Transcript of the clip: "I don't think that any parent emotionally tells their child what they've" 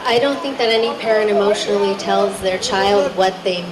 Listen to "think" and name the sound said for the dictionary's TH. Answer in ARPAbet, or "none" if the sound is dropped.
TH